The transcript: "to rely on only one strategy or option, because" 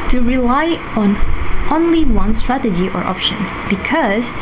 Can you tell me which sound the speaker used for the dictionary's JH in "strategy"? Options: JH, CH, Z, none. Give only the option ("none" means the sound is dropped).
JH